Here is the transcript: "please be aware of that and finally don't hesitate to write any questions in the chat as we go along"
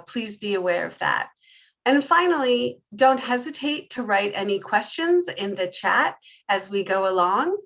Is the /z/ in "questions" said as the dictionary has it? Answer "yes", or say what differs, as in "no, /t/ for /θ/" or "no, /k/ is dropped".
yes